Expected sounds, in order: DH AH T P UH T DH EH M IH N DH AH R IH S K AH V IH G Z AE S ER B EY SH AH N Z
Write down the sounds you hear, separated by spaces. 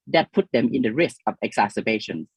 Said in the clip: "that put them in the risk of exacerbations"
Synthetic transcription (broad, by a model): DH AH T P UH T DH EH M IH N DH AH R IH S K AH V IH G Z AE S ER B EY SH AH N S